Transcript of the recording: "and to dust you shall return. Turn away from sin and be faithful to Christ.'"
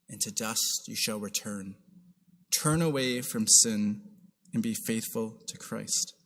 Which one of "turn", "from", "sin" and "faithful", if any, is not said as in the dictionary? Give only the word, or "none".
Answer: none